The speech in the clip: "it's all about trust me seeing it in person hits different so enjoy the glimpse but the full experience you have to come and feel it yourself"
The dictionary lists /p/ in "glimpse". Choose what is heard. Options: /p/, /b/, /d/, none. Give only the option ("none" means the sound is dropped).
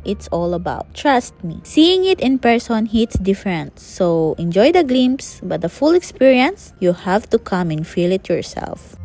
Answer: none